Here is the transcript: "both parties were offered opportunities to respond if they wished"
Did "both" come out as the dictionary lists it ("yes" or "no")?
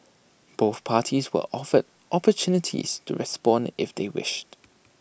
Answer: yes